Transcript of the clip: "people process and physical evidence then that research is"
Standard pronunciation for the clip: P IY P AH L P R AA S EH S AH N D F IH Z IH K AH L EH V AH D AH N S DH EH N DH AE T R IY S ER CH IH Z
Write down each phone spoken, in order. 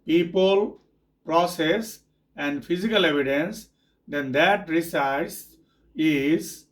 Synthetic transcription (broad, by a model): P IY P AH L P R AA S EH S AH N D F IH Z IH K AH L EH V AH D AH N S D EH N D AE T R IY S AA S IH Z